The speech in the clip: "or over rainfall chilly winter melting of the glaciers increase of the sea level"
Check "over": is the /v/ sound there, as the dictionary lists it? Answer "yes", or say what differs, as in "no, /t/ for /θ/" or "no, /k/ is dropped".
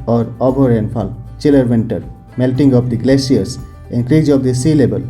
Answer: no, /b/ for /v/